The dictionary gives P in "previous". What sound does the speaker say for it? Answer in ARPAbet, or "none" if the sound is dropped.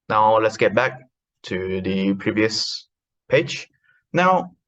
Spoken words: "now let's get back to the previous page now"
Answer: P